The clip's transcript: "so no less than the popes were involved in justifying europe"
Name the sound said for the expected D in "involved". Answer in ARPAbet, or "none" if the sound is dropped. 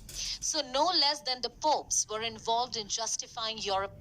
D